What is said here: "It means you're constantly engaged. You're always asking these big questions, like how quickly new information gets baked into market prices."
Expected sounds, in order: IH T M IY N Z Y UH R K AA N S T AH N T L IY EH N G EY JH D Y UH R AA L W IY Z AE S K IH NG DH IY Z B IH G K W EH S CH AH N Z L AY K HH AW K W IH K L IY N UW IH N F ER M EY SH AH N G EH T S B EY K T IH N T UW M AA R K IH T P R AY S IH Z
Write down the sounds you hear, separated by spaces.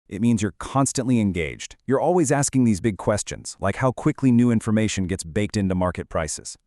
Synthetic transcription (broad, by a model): IH T M IY N Z Y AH R K AA N S T AH N T L IY EH N G EY JH D Y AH R AA L W IY Z AE S K IH NG DH IY Z B IH G K W EH S CH AH N Z L AY K HH AW K W IH K L IY N UW IH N F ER M EY SH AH N G EH T S B EY K T IH N T UW M AA R K IH T P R AY S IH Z